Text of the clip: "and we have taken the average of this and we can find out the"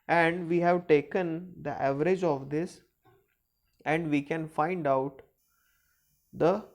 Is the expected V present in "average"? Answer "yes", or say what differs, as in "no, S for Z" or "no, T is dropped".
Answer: yes